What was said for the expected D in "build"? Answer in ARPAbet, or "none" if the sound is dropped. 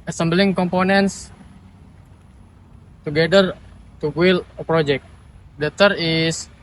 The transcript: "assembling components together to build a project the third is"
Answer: none